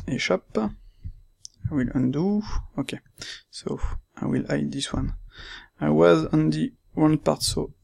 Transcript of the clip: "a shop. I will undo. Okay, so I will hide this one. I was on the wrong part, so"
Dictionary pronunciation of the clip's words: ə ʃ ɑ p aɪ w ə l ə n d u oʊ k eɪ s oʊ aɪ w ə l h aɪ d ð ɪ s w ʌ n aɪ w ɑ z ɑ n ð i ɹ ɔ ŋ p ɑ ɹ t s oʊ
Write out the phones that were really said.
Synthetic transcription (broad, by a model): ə ʃ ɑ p aɪ w ə l ə n d u oʊ k eɪ s oʊ aɪ w ə l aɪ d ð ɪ s w ʌ n aɪ w ɑ z ɑ n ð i w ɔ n p ɑ ɹ t s oʊ